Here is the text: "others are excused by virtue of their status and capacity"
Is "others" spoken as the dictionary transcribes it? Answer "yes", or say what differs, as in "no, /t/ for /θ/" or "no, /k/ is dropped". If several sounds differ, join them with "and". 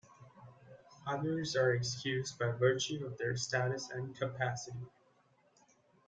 yes